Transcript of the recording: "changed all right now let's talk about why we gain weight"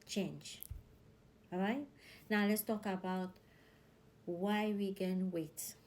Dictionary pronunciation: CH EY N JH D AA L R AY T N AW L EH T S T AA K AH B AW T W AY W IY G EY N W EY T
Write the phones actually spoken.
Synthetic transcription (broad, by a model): CH EY N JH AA R AY T N AW L EH T S T AA K AH B AW T W AY W IY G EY N W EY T